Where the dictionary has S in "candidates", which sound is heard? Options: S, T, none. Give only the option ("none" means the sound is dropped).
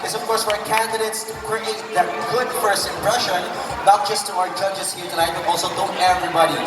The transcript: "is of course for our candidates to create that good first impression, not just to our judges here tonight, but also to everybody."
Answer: S